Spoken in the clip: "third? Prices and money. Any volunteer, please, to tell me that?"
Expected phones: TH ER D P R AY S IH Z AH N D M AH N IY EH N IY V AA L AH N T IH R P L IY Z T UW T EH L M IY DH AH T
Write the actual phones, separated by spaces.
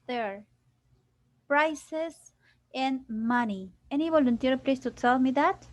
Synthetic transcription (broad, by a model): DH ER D P R AY S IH S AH N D M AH N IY EH N IY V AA L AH N T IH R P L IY S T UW S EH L M IY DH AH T